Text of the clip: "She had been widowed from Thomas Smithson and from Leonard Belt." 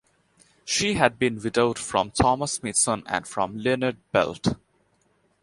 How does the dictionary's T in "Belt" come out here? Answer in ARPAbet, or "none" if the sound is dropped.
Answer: T